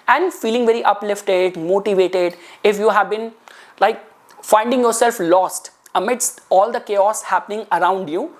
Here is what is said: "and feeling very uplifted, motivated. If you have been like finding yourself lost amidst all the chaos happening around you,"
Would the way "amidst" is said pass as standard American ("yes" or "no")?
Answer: yes